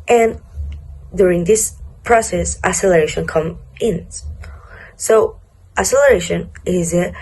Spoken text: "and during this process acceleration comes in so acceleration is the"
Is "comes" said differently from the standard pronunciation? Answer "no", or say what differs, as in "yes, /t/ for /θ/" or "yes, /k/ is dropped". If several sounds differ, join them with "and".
yes, /z/ is dropped